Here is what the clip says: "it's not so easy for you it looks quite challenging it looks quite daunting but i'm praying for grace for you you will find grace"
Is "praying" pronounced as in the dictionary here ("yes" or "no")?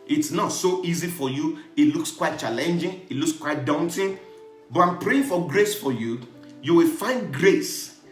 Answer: yes